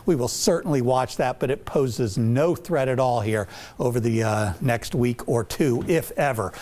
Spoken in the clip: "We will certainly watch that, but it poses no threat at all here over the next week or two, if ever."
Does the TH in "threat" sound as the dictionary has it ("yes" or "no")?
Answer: yes